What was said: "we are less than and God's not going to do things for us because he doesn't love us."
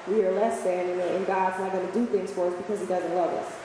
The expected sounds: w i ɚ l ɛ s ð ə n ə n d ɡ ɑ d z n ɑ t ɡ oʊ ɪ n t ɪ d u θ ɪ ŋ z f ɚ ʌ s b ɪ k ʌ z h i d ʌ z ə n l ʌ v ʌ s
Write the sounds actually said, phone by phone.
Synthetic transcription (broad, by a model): w i ɚ l ɛ s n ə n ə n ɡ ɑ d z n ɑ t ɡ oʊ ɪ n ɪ d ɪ θ ɪ ŋ z f ɚ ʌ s b ɪ k ʌ z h i d ʌ z ə n l ʌ v ʌ s